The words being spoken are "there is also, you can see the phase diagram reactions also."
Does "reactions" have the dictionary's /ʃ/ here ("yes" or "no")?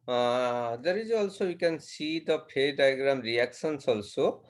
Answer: no